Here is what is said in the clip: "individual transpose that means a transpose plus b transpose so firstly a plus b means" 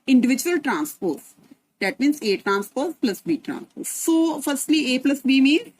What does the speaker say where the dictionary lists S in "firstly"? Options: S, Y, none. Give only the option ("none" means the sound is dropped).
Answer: S